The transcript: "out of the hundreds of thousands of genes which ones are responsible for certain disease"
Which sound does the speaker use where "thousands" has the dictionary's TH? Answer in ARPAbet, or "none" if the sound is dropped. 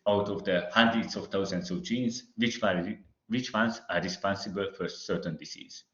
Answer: T